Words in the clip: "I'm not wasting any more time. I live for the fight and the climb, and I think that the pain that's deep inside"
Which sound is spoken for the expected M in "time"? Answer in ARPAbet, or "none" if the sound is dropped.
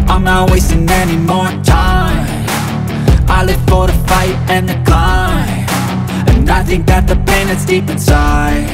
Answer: none